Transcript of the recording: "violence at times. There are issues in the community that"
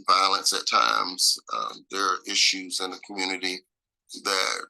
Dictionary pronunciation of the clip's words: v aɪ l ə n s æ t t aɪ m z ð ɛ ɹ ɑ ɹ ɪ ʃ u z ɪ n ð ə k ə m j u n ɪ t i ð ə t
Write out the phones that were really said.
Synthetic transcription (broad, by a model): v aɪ l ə n s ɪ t t aɪ m z ð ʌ ɹ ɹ ɪ ʃ u z ɪ n ð ə k m j u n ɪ t i ð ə t